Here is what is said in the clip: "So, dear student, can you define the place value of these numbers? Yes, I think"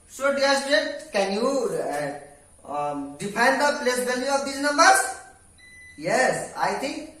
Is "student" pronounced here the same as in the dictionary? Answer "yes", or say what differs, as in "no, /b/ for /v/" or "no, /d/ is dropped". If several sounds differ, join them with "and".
no, /n/ is dropped